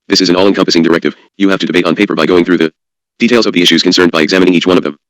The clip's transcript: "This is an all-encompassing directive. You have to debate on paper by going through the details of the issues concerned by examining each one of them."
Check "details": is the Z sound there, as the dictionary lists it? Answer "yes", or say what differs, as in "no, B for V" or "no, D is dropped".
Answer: yes